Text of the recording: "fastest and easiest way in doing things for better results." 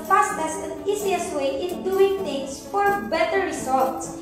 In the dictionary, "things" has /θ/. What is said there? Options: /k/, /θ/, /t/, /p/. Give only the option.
/t/